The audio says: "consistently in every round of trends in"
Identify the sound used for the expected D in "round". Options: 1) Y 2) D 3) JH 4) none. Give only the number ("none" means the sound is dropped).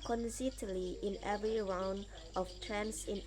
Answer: 2